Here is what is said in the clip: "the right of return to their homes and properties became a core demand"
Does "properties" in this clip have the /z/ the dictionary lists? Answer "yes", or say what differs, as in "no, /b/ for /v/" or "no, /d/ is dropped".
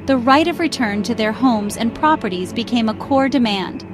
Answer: yes